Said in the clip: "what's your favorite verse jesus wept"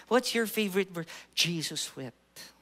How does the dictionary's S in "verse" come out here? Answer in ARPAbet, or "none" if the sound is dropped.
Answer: none